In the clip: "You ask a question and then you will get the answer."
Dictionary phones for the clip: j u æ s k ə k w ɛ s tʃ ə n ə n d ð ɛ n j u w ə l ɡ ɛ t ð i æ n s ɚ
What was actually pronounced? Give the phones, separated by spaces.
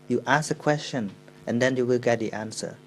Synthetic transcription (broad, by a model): j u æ s ə k w ɛ s tʃ ə n ə n d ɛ n j u w ə l ɡ ɛ t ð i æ n s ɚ